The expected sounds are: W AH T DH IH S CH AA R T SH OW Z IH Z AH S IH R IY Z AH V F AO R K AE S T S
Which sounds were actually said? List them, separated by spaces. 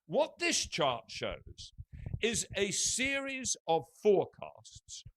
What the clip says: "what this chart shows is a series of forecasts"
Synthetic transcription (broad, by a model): W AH T DH IH S CH AA R T SH OW Z IH Z AH S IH R IY Z AH V F AO R K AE S T S